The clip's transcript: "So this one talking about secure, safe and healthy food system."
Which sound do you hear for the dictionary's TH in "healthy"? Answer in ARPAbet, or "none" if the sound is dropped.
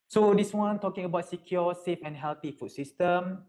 T